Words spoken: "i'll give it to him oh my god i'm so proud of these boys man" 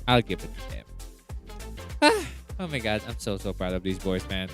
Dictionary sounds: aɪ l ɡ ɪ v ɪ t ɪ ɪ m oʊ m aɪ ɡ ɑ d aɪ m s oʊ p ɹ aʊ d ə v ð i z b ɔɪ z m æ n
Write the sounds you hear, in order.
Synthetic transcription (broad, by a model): aɪ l ɡ ɪ v ɪ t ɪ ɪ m oʊ m aɪ ɡ ɑ d aɪ m s oʊ p ɹ aʊ d ə v ð i z b ɔɪ z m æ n